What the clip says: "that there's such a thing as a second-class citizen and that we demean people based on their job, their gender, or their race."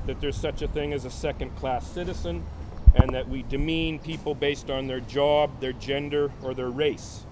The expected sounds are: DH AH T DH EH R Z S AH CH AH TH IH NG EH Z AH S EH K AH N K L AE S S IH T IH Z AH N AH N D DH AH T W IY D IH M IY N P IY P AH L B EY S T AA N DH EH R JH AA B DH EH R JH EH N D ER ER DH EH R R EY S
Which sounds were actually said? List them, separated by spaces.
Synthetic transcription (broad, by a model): DH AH T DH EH R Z S AH CH AH TH IH NG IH Z AH S EH K AH N K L AE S S IH T IH Z AH N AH N DH AH T W IY D IH M IY N P IY P L B EY S T N DH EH R JH AA B DH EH R JH EH N D ER ER DH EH R R EY S